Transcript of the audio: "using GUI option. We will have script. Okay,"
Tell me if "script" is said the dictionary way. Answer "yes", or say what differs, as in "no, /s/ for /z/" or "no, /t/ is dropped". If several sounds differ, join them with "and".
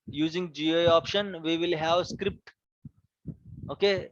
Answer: yes